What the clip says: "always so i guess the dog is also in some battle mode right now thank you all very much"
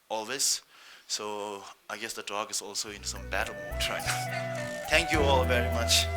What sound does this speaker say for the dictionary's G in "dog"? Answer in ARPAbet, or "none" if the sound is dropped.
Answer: G